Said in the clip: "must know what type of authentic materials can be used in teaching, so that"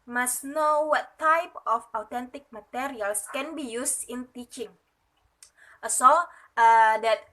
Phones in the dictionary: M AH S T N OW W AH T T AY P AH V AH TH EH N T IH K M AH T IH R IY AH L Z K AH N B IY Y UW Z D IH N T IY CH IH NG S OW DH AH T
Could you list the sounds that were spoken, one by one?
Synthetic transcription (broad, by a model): M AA S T N OW W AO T T AY P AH F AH T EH N T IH K M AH T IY R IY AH L S K AH N B IY Y UW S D IH N T IY CH IH NG S OW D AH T